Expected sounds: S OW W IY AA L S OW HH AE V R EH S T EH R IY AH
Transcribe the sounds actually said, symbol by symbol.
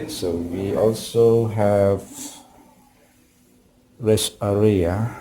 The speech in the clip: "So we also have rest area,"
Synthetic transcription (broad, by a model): S OW W IY AA L S OW HH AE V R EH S EH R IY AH